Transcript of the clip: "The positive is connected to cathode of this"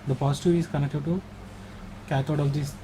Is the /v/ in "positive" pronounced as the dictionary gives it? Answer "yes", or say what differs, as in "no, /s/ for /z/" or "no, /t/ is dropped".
no, /v/ is dropped